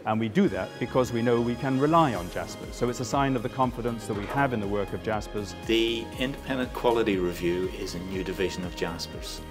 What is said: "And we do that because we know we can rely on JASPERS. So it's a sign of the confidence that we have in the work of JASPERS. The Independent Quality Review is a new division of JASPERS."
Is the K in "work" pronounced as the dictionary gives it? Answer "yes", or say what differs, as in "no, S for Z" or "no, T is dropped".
yes